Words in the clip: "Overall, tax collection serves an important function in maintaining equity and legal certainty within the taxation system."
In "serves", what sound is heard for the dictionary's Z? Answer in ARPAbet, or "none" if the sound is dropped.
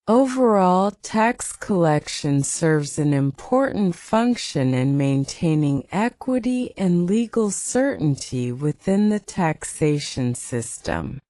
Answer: Z